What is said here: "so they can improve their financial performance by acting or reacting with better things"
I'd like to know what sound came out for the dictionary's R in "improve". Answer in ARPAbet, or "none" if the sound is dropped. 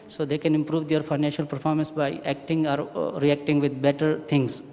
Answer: R